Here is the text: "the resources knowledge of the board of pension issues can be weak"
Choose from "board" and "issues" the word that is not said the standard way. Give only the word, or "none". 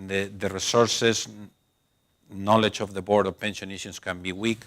issues